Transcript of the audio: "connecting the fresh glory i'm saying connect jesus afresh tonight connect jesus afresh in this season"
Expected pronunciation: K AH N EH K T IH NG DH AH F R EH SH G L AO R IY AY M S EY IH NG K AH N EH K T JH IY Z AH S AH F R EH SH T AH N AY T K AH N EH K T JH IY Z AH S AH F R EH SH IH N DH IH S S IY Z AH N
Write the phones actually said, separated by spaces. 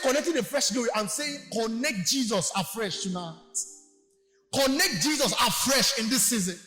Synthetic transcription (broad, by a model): K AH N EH K T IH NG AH F R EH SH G AO IY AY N S EY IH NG K AH N EH K T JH IY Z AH S AH F R EH SH T AH N AY T K AH N EH K T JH IY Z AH S AH F R EH SH IH N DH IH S S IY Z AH N